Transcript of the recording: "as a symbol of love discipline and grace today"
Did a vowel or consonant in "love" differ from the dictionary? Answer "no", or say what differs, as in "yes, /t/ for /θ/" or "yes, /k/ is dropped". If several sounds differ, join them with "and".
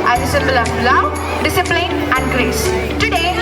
yes, /w/ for /v/